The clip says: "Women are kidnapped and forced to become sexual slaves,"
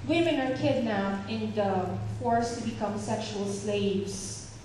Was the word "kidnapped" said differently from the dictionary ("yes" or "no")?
yes